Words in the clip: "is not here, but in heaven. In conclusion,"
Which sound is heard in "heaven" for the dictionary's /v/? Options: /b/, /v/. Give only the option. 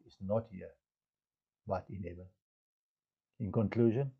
/b/